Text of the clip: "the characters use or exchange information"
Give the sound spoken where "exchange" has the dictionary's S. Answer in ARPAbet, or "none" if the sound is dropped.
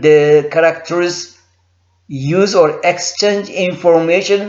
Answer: S